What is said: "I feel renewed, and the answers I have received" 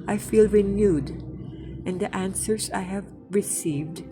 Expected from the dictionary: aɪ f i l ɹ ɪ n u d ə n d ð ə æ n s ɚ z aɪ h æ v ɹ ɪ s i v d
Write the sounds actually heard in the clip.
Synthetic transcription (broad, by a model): aɪ f i l ɹ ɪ n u d ə n d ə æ n s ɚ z aɪ h æ v ɹ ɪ s i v d